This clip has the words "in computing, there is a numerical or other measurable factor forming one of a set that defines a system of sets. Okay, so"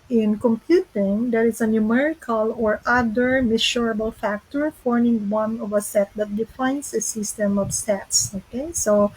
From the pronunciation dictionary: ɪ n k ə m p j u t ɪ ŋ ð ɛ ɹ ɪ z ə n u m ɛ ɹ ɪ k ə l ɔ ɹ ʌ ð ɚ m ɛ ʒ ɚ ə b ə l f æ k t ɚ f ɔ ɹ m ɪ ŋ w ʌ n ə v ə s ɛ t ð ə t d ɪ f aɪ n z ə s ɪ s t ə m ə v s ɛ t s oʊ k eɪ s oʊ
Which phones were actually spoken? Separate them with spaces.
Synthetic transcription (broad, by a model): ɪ n k ə m p j u t ɪ ŋ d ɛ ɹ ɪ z ə n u m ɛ ɹ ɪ k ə l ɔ ɹ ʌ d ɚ m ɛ ʃ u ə b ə l f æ k t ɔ f ɔ ɹ m ɪ ŋ w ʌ n ə v ə s ɛ t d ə t d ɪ f aɪ n s ə s ɪ s t ə m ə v s ɛ t s oʊ k eɪ s oʊ